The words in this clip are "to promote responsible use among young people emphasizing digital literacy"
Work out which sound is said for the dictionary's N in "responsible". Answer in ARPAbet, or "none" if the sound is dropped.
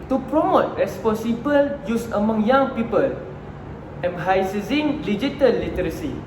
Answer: none